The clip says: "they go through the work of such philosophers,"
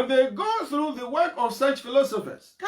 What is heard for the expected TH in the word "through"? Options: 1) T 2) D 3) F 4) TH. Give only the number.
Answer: 4